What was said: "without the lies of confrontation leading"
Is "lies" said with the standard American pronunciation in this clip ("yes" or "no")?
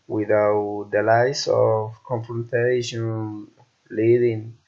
no